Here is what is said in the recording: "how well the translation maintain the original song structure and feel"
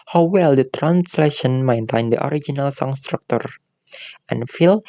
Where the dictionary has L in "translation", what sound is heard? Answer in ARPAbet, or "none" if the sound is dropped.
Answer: L